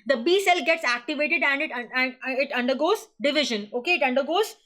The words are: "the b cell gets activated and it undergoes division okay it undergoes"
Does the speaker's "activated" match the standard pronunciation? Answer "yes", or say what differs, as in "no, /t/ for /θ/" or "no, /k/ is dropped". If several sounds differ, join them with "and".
yes